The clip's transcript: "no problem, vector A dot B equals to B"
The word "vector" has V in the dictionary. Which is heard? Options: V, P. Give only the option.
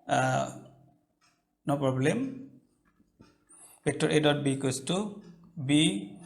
P